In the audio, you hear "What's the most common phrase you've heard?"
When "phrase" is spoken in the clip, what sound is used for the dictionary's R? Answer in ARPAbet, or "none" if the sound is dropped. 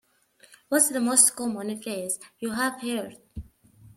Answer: L